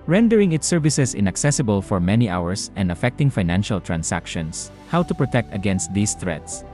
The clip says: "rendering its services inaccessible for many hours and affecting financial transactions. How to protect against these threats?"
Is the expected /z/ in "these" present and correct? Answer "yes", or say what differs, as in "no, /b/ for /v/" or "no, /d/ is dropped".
no, /s/ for /z/